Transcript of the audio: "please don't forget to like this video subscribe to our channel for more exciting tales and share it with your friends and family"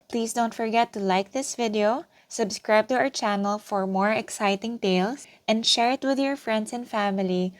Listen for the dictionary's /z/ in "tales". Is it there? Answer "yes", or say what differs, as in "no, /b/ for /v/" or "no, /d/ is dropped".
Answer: no, /s/ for /z/